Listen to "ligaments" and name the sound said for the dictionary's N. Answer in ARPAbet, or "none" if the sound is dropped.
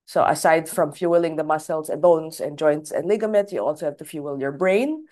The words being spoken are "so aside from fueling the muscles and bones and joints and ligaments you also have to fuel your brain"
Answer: none